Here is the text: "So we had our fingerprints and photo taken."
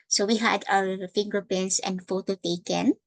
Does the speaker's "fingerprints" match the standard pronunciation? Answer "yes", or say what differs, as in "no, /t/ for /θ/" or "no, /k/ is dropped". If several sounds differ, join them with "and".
no, /ɹ/ is dropped